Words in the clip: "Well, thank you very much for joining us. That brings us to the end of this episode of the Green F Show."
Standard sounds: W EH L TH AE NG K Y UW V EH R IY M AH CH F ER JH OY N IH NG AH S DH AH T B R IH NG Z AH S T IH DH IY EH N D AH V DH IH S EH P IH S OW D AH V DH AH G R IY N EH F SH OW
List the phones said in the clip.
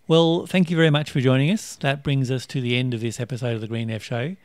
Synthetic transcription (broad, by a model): W EH L TH AE NG K Y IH V EH R IY M AH CH F ER JH OY N IH NG AH S DH AH T B R IH NG Z AH S T IH DH IY EH N D AH V DH IH S EH P IH S OW D AH V DH AH G R IY N EH F SH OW